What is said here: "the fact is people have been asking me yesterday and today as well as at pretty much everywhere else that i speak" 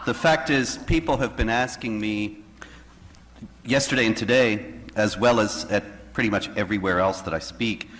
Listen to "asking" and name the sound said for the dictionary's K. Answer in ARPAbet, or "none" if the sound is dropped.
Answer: K